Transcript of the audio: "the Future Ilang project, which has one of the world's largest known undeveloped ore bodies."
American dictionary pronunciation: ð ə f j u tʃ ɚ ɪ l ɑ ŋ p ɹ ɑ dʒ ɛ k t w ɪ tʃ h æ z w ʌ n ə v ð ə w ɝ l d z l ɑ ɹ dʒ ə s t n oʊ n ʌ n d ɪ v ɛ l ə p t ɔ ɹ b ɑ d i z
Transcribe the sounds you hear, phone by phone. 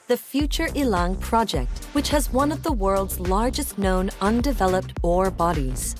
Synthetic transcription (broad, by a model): ð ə f j u tʃ ɚ ɪ l ɑ ŋ p ɹ ɑ dʒ ɛ k t w ɪ tʃ h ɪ z w ʌ n ə v ð ə w ɝ l d z l ɑ ɹ dʒ ə s t n oʊ n ʌ n d ɪ v ɛ l ə p t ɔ ɹ b ɑ d i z